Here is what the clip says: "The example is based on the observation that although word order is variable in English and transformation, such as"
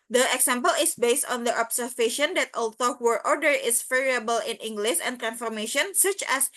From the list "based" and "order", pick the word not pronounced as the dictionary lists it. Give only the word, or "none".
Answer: none